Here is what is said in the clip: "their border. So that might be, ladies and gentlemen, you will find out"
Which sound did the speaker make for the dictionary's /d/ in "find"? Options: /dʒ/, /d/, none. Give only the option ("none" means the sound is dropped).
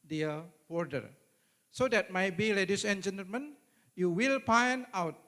none